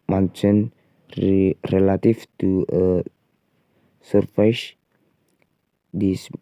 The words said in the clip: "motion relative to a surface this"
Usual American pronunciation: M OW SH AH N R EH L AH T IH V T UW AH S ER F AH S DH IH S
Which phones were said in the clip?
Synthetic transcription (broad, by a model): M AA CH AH N R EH L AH T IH F T UW AH S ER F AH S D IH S